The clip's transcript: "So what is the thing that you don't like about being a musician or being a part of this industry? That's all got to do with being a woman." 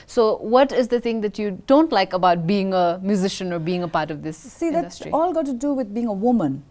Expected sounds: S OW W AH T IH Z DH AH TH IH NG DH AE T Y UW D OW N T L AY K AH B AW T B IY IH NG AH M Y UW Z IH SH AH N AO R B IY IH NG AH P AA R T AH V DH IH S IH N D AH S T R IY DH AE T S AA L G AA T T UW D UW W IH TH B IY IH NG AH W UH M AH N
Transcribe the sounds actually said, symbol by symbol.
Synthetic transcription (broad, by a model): S OW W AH T IH Z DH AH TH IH NG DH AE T Y UW D OW N T L AY K AH B AW T B IY IH NG AH M Y UW Z IH SH AH N AO R B IY IH NG AH P AA R T AH V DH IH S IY D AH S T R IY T AA L G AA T T UW D UW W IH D B IY IH NG AH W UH M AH N